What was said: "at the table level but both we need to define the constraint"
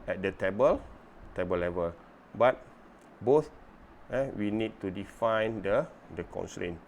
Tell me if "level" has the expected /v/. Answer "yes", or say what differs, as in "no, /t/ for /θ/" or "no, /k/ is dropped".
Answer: yes